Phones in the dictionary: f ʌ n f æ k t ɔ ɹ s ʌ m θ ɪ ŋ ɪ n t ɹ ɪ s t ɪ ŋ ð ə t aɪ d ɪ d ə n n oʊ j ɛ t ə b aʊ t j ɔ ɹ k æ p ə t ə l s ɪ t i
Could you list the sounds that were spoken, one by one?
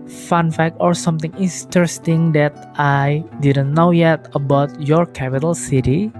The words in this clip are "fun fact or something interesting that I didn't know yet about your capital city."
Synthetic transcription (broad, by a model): f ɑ n f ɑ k ɔ ɹ s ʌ m t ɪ ŋ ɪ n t ɹ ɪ s t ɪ ŋ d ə t aɪ d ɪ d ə n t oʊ j ɛ t ə b aʊ t j ɔ ɹ k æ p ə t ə l s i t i